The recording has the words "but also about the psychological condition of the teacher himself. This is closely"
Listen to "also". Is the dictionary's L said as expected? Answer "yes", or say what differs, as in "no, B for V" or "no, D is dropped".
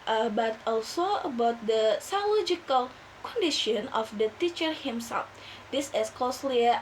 yes